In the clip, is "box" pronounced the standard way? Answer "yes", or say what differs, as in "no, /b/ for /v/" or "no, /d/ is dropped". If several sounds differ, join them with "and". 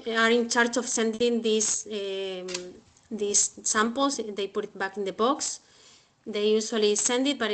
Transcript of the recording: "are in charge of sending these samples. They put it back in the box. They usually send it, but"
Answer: yes